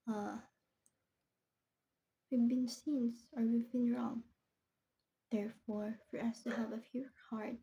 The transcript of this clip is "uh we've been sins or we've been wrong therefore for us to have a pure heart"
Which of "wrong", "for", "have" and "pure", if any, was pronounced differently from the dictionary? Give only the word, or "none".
pure